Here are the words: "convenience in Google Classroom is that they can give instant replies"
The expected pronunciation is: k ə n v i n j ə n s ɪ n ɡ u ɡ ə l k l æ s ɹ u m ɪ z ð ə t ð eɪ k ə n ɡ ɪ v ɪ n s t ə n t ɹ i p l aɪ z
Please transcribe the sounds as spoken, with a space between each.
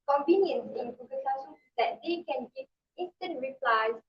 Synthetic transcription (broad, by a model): k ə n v i n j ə n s ɪ n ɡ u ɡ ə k ɑ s u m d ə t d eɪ k ə n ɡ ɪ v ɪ n s t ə n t ɹ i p l aɪ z